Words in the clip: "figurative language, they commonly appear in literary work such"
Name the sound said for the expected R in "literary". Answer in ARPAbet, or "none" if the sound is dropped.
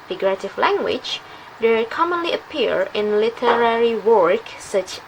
R